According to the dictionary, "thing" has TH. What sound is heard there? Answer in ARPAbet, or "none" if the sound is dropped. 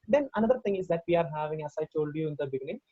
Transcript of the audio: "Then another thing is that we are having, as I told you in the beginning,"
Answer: T